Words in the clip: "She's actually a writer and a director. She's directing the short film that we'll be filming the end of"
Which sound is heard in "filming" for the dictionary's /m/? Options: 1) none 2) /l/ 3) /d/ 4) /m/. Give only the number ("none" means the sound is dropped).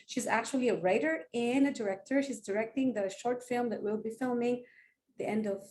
4